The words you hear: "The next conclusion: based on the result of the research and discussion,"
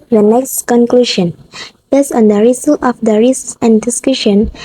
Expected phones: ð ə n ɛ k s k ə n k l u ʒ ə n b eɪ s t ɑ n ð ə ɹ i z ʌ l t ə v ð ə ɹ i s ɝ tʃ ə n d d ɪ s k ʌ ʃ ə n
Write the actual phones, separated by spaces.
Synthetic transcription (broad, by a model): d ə n ɛ k s k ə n k l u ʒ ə n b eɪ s ɑ n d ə ɹ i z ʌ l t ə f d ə ɹ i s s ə n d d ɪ s k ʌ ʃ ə n